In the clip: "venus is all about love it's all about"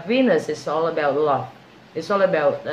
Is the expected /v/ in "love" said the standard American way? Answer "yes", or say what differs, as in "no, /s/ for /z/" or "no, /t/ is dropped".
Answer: no, /f/ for /v/